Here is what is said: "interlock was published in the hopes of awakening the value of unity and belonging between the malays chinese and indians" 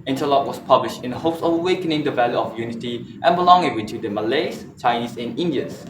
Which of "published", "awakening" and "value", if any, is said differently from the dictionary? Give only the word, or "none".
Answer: none